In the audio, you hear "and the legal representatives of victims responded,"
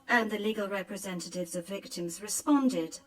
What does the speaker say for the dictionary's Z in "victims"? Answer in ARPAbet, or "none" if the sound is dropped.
Z